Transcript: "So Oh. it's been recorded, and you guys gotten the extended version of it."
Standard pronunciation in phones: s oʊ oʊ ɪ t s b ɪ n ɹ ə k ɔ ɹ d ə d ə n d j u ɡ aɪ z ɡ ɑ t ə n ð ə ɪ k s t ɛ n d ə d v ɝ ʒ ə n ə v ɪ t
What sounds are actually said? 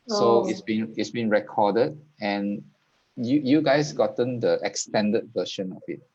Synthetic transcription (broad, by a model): s oʊ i ɪ t s b ɪ n ɹ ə k ɔ d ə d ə n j j u ɡ aɪ s ɡ ɑ t ə n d ə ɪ k s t ɛ n d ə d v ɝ ʃ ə n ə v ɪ t